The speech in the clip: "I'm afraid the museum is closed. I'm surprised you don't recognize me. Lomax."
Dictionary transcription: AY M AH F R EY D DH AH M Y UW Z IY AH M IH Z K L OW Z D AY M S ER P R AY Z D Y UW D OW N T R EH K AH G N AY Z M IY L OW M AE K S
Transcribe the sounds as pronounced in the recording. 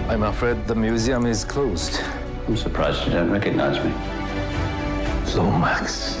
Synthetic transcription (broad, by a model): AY M AH F R EY D DH AH M Y UW Z IY AH M IH Z K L OW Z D AY M S ER P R AY Z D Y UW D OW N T R EH K AH G N AY Z M IY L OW M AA K S